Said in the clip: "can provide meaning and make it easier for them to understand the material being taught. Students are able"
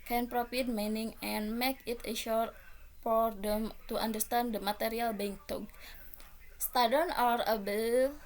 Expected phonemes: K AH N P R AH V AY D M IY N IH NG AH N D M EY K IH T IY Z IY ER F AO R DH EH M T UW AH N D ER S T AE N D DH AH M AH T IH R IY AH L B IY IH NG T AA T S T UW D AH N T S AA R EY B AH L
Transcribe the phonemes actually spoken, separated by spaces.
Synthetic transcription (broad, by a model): K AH N P R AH F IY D M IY N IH NG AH N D M EY K IH T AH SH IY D F AO R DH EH M T UW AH N D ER S T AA N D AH M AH T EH R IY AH L B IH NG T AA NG S T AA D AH N AA R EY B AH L